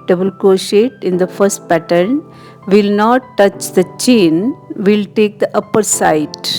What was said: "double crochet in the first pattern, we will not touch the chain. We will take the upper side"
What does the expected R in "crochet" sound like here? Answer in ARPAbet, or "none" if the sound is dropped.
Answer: none